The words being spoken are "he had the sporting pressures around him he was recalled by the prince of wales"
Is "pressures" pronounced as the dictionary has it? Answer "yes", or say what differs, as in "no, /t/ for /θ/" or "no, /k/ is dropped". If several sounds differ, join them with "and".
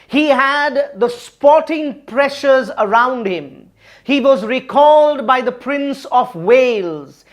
yes